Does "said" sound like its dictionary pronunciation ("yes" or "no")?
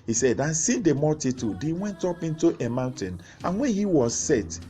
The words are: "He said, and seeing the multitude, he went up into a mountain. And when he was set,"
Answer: yes